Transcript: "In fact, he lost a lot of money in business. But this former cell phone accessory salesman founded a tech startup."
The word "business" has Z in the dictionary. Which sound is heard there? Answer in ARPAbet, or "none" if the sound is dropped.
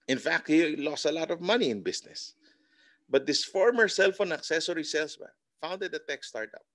S